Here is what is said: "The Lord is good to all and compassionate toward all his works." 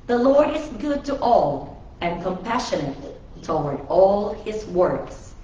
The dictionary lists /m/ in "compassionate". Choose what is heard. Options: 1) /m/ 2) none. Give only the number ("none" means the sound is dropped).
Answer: 1